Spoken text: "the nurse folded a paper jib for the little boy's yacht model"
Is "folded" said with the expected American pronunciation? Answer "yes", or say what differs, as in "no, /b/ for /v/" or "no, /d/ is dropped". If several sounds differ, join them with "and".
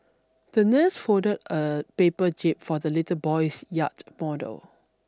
no, /l/ is dropped